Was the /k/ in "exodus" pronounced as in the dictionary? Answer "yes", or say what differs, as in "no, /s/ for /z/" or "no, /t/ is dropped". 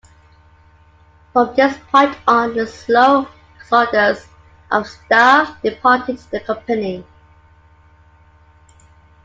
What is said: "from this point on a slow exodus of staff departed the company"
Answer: no, /k/ is dropped